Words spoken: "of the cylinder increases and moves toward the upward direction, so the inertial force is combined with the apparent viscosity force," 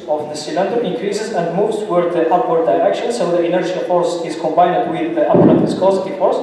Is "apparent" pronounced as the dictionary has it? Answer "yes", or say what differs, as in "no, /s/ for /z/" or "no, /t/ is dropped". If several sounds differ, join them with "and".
no, /n/ is dropped